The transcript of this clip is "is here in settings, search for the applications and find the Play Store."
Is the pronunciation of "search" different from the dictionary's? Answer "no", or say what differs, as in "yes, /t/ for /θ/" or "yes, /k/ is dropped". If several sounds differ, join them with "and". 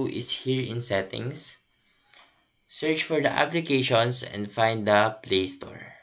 no